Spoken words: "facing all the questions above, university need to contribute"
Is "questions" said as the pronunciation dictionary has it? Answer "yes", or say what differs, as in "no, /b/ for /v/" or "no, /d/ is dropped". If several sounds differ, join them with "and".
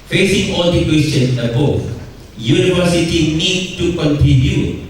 no, /tʃ/ is dropped and /z/ is dropped